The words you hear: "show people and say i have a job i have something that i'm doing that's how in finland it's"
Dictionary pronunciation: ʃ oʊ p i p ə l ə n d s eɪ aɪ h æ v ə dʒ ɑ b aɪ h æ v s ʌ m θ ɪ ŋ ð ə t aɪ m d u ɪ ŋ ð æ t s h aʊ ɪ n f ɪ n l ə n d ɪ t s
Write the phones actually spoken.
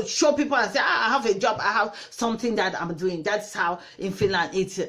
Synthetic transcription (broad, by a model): ʃ oʊ p i p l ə n s eɪ aɪ h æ v ə dʒ ɑ b aɪ h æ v s ʌ m θ ɪ ŋ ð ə t aɪ m d u ɪ ŋ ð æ t s h aʊ ɪ n f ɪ n l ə n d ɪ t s